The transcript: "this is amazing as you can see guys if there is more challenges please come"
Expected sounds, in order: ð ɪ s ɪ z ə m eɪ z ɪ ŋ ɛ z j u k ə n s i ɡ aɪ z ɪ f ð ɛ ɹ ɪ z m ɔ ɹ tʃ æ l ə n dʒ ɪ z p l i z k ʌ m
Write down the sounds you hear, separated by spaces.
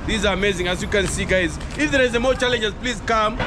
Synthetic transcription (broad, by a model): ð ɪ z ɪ ə m eɪ z ɪ ŋ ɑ s j u k ə n s i ɡ aɪ z ɪ f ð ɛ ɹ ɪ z m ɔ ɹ tʃ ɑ l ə n dʒ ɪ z p l i z k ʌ m